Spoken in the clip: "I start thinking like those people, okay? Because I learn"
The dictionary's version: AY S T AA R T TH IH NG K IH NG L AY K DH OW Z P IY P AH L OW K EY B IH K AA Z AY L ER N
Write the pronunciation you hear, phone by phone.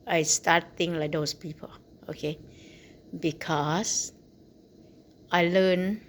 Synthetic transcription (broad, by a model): AY S T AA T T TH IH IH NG L AY K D OW S P IY P AH L OW K EY B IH K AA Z AY L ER N